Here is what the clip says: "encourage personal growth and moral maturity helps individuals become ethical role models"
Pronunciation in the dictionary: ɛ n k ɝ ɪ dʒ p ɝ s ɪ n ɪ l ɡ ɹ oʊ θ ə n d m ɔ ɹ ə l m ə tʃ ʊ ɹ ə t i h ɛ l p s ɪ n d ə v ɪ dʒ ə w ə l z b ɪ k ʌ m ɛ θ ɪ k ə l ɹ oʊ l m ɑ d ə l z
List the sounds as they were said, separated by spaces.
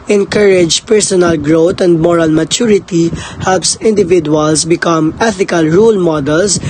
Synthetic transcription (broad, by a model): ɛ n k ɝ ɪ dʒ p ɝ s ɪ n ɪ l ɡ ɹ oʊ t ə n d m ɔ ɹ ə l m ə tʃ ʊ ɹ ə t i h ɛ l p s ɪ n d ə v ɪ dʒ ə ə l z b ɪ k ʌ m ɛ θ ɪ k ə l ɹ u l m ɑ d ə l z